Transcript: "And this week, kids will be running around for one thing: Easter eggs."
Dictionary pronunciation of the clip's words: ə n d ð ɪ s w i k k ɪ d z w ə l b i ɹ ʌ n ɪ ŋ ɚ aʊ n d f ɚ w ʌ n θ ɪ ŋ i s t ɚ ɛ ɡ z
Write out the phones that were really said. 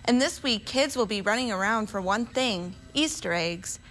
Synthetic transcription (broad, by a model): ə n ð ɪ s w i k k ɪ d z w ə l b i ɹ ʌ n ɪ ŋ ɚ aʊ n d f ɚ w ʌ n θ ɪ ŋ i s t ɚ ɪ ɡ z